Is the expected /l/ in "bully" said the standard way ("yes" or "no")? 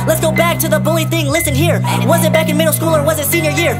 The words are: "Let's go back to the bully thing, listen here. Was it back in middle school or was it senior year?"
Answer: yes